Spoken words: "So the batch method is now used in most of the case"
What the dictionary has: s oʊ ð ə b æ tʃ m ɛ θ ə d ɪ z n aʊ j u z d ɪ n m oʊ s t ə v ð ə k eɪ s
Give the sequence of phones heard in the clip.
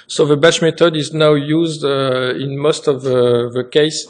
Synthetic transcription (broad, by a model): s oʊ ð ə b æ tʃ m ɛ t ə d ɪ z n aʊ j u z d ɪ n m oʊ s t ə v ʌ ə k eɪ s